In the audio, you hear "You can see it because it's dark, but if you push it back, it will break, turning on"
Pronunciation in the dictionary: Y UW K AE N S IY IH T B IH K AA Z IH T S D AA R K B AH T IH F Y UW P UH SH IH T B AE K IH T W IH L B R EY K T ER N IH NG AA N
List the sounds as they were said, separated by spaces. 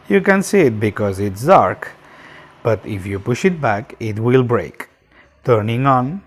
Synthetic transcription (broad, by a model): Y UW K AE N S IY IH T B IH K AA Z IH T S D AA R K B AH T IH F Y UW P UH SH IH T B AE K IH T W IH L B R EY K T ER N IH NG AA N